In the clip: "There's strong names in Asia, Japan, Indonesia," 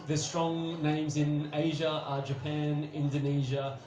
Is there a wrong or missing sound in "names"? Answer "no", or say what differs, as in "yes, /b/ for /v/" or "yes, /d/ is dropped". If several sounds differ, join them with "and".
no